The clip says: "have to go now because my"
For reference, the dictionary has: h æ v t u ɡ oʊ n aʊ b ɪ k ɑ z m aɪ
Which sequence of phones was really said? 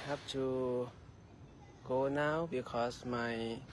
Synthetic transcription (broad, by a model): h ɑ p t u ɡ oʊ n aʊ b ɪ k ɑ s m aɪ